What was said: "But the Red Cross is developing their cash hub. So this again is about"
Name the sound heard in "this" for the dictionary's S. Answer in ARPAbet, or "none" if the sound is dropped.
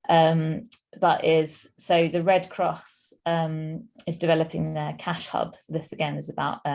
S